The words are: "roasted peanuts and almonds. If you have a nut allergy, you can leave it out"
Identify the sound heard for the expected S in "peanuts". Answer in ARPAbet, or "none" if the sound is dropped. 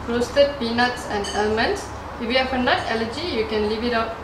S